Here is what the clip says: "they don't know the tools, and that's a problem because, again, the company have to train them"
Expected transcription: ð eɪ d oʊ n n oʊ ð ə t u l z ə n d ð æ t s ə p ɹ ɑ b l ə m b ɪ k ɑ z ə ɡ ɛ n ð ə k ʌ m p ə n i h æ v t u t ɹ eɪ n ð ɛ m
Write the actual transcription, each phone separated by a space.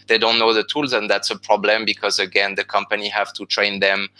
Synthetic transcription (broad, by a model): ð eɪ d oʊ n n oʊ ð ə t u l z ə n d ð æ t s ə p ɹ ɑ b l ə m b ɪ k ɑ z ə ɡ ɛ n ð ə k ʌ m p ə n i h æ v t u t ɹ eɪ n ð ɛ m